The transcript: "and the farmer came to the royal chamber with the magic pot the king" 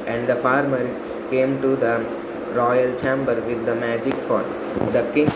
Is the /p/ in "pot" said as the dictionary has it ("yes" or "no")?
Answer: no